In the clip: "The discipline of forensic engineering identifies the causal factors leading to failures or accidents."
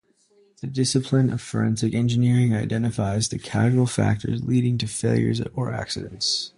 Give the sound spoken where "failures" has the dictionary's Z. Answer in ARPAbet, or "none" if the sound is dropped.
Z